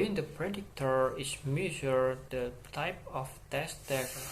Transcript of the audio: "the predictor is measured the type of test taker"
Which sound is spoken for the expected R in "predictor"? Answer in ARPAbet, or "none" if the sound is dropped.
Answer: R